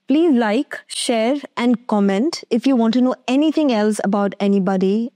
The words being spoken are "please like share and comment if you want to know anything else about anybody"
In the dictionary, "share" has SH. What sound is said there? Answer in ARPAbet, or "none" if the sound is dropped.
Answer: SH